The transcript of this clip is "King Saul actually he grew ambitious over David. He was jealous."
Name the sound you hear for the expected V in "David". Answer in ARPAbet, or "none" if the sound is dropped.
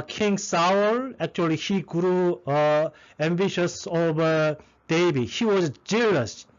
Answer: B